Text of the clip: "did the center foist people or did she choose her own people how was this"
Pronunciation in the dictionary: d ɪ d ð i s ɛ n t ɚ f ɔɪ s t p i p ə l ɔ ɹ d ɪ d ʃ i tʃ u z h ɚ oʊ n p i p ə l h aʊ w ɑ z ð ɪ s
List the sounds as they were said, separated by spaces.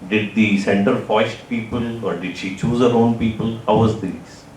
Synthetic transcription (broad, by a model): d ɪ d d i s ɛ n t ɚ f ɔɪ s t p i p ə l ɔ ɹ d ɪ d ʃ i tʃ u z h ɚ oʊ n p i p ə l h aʊ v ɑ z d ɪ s